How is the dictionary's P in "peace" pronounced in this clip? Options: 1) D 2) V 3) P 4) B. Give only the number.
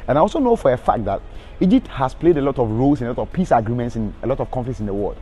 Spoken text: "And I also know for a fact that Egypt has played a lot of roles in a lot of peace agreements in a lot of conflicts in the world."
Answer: 3